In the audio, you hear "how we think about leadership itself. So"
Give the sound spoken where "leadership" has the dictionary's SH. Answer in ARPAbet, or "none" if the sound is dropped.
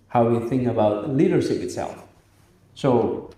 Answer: SH